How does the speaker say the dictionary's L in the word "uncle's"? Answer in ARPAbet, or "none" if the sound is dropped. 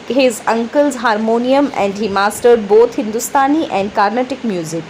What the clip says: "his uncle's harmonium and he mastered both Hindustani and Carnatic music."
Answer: L